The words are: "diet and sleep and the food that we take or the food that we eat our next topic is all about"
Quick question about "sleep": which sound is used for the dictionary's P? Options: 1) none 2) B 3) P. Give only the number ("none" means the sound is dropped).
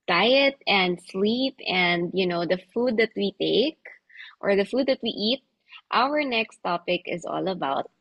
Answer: 3